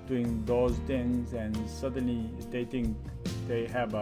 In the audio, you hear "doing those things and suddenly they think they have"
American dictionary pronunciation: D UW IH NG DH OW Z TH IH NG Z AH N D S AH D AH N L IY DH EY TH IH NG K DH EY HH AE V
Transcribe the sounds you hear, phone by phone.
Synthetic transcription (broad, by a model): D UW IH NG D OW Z T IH NG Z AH N S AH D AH N L IY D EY T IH NG K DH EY HH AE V